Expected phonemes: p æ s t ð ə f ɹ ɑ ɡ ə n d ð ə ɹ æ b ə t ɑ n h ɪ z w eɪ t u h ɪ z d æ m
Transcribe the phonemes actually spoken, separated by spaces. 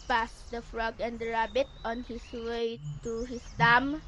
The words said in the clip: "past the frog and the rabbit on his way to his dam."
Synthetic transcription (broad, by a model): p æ s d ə f ɹ ɑ ɡ ə n d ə ɹ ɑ b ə t ɑ n h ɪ s w eɪ t u h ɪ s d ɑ m